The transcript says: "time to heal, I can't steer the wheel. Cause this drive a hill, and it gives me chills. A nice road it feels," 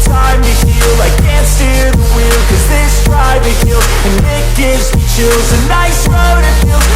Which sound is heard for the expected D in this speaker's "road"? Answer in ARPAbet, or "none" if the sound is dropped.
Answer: D